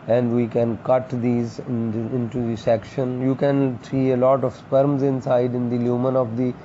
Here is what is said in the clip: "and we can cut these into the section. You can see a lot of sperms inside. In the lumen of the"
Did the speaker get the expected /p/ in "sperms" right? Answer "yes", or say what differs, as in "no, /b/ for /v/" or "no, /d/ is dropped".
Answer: yes